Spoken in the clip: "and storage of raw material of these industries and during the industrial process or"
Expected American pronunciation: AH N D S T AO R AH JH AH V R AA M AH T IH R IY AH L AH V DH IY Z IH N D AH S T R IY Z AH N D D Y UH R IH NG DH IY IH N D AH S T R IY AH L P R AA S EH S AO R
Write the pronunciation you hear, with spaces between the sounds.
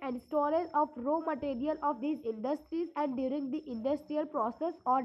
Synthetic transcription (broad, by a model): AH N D S T AO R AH Z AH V R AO M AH T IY R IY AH L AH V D IY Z IH N D AH S T R IY Z AH N D D Y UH R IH NG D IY IH N D AH S T R IY AH L P R AA S EH S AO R